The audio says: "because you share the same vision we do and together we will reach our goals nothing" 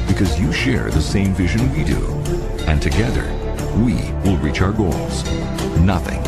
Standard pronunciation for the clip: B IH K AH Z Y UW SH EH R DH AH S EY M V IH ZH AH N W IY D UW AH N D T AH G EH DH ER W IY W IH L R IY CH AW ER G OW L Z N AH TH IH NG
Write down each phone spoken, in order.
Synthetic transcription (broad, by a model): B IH K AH Z Y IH SH EH R DH AH S EY M V IH ZH AH N W IY D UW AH N T AH G EH DH ER W IY W IH L R IY CH AW ER G OW L Z N AH TH IH NG